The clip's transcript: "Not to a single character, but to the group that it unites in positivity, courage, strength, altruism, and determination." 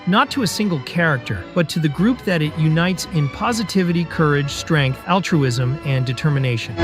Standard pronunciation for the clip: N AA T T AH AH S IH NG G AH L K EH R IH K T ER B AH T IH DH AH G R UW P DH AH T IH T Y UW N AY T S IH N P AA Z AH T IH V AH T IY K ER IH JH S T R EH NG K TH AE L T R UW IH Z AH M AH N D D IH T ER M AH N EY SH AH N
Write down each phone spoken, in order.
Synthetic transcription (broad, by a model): N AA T T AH AH S IH NG G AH L K EH R IH K T ER B AH T IH DH AH G R UW P DH AH T IH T Y UW N AY T S IH N P AA Z AH T IH V AH T IY K ER IH JH S T R EH NG K TH AE L T R UW IH Z AH M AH N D D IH T ER M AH N EY SH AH N